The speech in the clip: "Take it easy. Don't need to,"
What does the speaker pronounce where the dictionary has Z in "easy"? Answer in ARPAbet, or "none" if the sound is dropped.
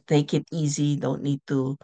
Z